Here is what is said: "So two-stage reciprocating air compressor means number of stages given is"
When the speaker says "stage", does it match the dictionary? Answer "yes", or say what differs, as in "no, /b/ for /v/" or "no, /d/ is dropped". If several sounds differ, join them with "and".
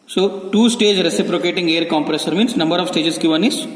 yes